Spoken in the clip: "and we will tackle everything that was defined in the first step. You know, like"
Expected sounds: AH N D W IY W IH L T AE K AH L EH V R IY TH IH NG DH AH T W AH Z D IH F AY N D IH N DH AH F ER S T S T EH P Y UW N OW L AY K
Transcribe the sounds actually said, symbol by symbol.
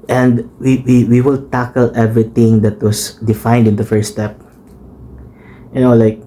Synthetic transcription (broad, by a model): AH N D W IY W IH L T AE K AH L EH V R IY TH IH NG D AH T W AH S D IH F AY N D IH N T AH F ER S S T EH P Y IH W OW L AY K